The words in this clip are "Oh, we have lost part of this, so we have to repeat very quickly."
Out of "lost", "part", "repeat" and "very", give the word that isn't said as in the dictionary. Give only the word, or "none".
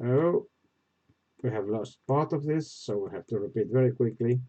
none